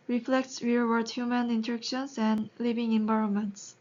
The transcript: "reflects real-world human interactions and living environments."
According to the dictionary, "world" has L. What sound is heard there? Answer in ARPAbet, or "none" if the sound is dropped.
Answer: none